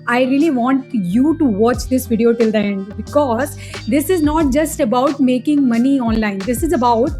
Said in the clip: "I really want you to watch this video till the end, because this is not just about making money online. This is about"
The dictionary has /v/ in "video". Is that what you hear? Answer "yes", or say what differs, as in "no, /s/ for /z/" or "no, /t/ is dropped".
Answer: yes